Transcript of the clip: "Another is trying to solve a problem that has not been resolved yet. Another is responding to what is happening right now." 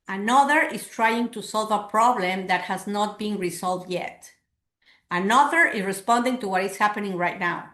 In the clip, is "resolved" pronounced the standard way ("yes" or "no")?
no